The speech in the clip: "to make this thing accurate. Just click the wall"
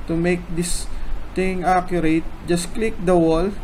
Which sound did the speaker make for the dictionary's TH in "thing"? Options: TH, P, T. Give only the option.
T